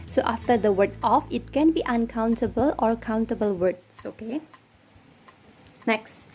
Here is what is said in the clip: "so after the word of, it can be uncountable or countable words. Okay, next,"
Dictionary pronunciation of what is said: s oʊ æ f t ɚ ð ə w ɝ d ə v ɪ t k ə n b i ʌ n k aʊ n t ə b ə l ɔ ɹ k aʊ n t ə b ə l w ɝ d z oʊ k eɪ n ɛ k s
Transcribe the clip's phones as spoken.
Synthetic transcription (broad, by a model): s oʊ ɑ f t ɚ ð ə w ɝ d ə f ɪ t k ə n b i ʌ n k aʊ n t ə b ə l ɔ ɹ k aʊ n t ə b ə l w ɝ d s oʊ k eɪ n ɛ k s